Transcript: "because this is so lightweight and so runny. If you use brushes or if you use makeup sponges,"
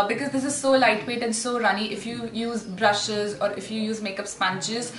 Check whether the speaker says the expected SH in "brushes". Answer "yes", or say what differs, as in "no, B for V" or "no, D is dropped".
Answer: yes